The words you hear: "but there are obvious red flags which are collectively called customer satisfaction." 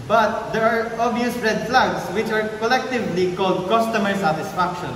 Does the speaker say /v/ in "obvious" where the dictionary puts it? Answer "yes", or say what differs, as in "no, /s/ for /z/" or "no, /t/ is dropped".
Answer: no, /v/ is dropped